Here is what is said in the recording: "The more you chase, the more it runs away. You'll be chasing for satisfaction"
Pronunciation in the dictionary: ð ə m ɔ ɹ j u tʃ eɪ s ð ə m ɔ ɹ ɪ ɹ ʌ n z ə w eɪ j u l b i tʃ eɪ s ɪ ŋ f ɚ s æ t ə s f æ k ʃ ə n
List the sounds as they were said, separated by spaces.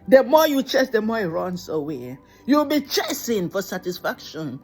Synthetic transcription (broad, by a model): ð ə m ɔ j u tʃ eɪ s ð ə m ɔ ɪ ɹ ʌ n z ə w eɪ j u w b i tʃ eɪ s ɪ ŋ f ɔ s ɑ t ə s f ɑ k ʃ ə n